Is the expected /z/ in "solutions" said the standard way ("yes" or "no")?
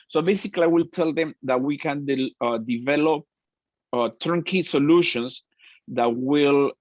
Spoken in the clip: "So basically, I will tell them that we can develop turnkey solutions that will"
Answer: no